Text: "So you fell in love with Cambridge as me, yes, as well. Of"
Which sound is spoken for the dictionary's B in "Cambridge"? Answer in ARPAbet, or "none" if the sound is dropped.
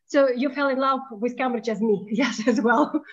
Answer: none